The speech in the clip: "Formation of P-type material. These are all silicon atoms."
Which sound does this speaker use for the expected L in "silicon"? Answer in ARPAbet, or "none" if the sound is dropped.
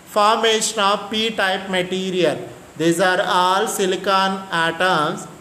L